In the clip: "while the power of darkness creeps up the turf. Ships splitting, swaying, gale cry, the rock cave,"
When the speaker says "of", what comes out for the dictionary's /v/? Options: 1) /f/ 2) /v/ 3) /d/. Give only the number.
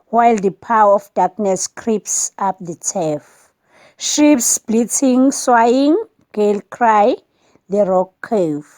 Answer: 1